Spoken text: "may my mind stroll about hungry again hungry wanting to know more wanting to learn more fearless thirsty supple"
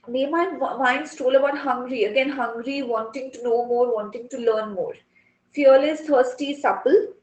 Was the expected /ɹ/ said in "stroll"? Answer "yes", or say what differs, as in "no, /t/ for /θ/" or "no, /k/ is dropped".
no, /ɹ/ is dropped